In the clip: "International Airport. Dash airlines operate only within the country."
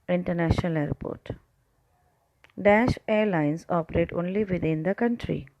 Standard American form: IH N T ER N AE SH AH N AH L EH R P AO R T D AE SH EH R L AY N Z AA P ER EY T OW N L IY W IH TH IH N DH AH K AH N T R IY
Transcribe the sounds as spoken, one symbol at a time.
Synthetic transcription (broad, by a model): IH N T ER N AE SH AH N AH L EH R P AO R T D AE SH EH R L AY N S AA P ER EY T OW N L IY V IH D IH N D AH K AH N T R IY